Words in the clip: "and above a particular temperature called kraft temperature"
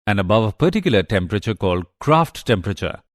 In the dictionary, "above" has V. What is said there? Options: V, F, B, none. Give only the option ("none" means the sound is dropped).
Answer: V